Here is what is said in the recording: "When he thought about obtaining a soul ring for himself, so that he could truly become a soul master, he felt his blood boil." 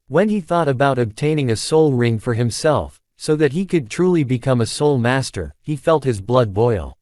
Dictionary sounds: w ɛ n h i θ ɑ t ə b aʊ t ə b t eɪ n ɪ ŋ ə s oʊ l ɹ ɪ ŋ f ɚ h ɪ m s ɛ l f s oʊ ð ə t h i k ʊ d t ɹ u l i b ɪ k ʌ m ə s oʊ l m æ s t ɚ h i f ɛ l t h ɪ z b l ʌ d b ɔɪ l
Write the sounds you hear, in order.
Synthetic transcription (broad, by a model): w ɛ n i θ ɑ t ə b aʊ t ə b t eɪ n ɪ ŋ ə s oʊ l ɹ ɪ ŋ f ɚ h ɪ m s ɛ l f s oʊ ð ə t h i k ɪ d t ɹ u l i b ɪ k ʌ m ə s oʊ l m æ s t ɚ h i f ɛ l t h ɪ z b l ʌ d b ɔɪ l